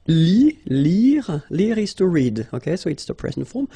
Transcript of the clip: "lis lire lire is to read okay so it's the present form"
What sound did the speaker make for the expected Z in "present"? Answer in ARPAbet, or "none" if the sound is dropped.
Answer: S